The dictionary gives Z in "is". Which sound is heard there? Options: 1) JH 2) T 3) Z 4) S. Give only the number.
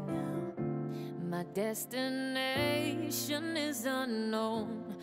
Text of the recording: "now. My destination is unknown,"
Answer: 3